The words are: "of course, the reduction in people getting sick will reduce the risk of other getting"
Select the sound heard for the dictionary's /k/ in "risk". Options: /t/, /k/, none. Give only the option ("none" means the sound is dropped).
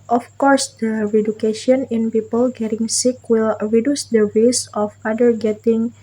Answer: none